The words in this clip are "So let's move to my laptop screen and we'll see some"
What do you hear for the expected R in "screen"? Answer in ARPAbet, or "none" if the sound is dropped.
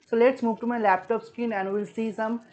none